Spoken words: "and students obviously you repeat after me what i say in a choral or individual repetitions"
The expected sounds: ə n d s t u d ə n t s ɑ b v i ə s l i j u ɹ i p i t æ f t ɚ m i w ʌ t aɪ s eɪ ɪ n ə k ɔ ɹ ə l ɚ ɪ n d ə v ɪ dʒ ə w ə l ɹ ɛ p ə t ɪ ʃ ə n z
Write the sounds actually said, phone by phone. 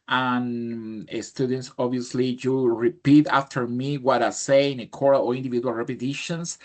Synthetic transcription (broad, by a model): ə n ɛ s t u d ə n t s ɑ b i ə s l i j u ɹ i p i t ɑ f t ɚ m i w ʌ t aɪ s eɪ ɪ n ə k ɔ ɹ ə l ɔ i n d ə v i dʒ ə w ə l ɹ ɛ p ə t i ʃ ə n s